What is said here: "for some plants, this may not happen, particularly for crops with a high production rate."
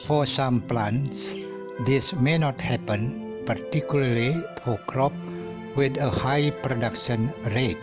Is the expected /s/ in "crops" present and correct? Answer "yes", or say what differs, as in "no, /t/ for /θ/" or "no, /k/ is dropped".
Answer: no, /s/ is dropped